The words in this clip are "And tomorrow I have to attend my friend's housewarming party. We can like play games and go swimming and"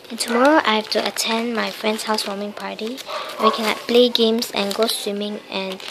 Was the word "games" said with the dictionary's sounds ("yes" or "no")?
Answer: no